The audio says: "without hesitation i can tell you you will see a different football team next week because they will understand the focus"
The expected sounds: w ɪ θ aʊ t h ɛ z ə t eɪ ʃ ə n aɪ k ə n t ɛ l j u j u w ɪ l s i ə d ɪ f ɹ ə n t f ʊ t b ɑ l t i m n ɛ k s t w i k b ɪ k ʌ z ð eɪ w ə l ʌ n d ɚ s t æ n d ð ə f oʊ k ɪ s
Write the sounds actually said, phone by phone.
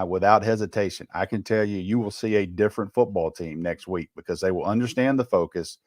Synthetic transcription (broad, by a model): w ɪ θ aʊ t h ɛ z ə t eɪ ʃ ə n aɪ k ə n t ɛ l j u j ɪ w ɪ l s i ə d ɪ f ɹ ə n t f ʊ t b ɑ l t i m n ɛ k s t w i k b ɪ k ʌ z ð eɪ w ə l ʌ n d ɚ s t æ n ð ə f oʊ k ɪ s